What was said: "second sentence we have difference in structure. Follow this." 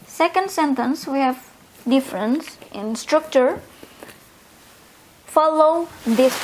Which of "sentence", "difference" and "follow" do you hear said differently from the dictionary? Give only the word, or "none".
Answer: none